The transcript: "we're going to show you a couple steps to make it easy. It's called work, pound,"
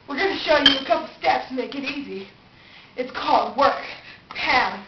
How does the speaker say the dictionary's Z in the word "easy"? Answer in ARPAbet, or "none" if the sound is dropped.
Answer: Z